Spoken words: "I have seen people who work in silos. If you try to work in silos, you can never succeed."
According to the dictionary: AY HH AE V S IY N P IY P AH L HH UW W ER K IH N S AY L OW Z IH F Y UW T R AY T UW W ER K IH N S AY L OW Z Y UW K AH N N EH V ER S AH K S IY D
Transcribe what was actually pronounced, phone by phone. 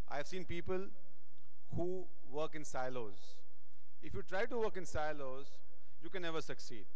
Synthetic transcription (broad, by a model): AY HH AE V S IY N P IY P AH L HH UW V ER K IH N S AY L OW Z IH F Y UW T R AY T UW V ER K IH N S AY L OW Z Y UW K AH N N EH V ER S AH K S IY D